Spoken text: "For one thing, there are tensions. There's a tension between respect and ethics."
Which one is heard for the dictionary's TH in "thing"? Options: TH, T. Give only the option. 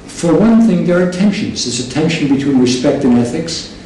TH